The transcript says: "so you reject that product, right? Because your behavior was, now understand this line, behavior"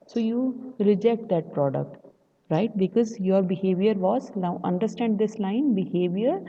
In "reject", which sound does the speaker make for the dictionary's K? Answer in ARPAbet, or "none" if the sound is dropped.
K